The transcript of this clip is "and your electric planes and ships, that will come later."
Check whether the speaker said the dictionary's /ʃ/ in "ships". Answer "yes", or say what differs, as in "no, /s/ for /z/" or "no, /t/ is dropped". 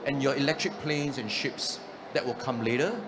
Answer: yes